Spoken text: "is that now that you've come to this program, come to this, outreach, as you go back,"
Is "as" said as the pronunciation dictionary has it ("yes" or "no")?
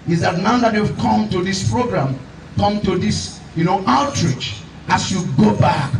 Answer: no